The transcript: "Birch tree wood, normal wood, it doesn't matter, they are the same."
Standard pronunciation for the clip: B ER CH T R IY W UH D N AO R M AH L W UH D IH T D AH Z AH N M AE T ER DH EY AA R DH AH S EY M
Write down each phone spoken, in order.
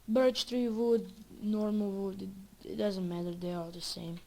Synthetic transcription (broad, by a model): B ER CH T R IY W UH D N AO R M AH L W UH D IH T D AH Z AH N M AE T ER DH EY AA L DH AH S EY M